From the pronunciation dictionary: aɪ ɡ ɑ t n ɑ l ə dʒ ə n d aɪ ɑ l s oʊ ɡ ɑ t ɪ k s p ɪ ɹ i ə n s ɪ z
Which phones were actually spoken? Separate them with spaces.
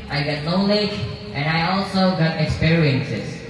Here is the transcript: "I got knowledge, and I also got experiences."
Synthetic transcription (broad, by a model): aɪ ɡ ɑ t l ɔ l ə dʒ ə n d aɪ ɑ l s oʊ ɡ ɑ t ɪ k s p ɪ ɹ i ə n s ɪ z